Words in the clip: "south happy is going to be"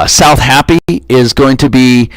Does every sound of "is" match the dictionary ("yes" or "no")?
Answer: yes